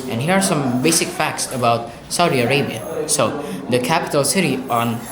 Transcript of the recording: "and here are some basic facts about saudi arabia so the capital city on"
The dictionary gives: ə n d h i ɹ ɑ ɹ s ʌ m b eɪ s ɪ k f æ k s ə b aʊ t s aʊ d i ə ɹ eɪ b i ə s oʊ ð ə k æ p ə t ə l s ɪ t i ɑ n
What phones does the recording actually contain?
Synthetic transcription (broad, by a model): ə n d h i ɹ ɑ ɹ s ʌ m b eɪ s ɪ k f æ k s ə b aʊ t s aʊ d i ə ɹ eɪ b i ə s oʊ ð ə k æ p ə t ə l s ɪ t i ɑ n